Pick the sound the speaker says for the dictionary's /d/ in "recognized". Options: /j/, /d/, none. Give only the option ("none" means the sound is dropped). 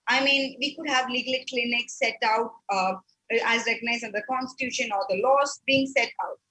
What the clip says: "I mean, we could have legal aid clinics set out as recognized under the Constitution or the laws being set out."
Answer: none